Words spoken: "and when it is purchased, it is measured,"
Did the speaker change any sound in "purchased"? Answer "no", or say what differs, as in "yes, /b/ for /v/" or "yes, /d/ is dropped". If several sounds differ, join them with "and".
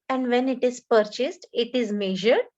no